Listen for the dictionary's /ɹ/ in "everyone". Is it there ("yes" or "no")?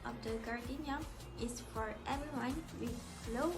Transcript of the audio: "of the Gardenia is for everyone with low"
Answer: no